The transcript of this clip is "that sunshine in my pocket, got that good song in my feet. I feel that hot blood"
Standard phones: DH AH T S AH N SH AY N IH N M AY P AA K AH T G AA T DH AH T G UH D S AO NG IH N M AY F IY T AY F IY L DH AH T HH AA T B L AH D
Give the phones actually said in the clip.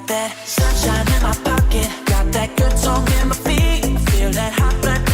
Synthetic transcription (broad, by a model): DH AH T S AH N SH AY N IH N M AY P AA K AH T G AA T DH AH T G UH D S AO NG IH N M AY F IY AY F IY L DH AH T HH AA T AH